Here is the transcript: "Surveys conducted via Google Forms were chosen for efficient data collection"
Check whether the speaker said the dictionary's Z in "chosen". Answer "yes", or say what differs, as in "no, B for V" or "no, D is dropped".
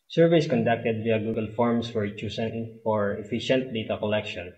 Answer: no, S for Z